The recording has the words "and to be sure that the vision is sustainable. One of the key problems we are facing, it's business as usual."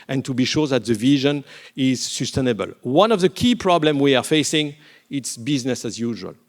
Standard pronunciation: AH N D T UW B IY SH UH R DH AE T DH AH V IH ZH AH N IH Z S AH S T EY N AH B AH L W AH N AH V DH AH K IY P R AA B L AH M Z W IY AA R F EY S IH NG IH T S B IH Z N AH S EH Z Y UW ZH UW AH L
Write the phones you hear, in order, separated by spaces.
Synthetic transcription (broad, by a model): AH N T UW B IY SH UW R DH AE T DH AH V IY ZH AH N IH Z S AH S T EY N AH B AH L W AH N AH V DH AH K IY P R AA B L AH M W IY AA R F EY S IH NG IH T S B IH Z N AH S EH Z Y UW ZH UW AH L